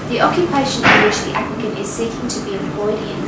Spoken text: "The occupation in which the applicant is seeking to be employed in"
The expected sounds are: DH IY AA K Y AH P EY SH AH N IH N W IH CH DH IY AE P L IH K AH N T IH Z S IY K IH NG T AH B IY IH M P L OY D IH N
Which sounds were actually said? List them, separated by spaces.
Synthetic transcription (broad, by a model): DH IY AA K Y AH P EY SH AH N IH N W IH CH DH IY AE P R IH K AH N IH Z S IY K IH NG T AH B IY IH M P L OY D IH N